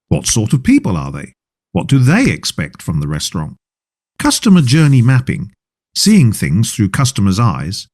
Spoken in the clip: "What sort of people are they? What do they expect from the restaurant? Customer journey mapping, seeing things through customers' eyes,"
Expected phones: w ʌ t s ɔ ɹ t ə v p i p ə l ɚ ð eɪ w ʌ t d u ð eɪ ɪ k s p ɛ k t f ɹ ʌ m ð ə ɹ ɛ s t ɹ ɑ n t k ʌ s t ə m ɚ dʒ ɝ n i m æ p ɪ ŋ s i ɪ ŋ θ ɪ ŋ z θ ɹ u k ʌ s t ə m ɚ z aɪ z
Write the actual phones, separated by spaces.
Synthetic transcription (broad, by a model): w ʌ t s ɔ ɹ t ə v p i p ə l ɚ ð eɪ w ʌ t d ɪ ð eɪ ɪ k s p ɛ k t f ɹ ʌ m ð ə ɹ ɛ s t ɹ ɑ n t k ʌ s t ə m ɚ dʒ ɝ n i m æ p ɪ ŋ s i ɪ ŋ θ ɪ ŋ z θ ɹ u k ʌ s t ə m ɚ z aɪ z